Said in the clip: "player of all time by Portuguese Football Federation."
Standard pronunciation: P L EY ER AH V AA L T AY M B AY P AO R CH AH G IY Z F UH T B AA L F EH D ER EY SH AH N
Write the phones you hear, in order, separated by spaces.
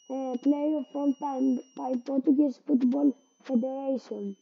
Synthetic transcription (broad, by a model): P L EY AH F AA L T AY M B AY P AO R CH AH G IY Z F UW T B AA L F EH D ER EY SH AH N